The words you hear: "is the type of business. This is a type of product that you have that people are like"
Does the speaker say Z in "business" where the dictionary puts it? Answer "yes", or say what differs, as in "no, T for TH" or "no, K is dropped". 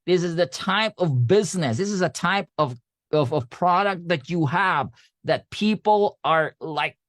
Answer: yes